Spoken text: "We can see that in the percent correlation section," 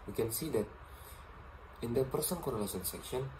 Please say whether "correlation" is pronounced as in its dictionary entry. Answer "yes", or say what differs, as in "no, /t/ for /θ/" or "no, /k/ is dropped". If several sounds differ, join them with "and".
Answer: no, /s/ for /ʃ/